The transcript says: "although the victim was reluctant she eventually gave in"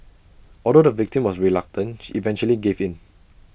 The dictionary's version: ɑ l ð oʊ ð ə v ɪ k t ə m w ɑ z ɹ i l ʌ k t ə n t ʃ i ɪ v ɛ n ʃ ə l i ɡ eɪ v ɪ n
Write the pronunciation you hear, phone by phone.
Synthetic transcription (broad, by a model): ɑ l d oʊ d ə v ɪ k t ə m w ɑ s ɹ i l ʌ k t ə n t ʃ i v ɛ n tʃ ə l i ɡ eɪ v ɪ n